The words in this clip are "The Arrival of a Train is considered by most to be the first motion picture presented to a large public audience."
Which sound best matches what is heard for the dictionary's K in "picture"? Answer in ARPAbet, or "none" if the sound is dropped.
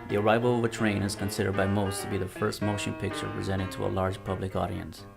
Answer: K